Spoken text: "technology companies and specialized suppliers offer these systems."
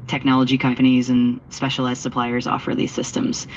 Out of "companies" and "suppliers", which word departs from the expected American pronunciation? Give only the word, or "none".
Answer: none